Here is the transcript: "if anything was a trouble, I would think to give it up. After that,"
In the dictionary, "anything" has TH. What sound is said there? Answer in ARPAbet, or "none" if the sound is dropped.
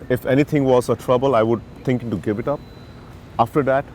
T